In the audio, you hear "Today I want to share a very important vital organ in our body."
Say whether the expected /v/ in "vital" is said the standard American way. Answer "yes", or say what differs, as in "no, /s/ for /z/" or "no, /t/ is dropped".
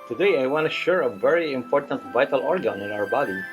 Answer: yes